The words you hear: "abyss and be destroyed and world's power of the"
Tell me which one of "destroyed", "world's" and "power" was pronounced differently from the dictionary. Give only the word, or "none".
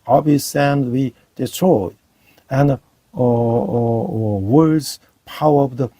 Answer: world's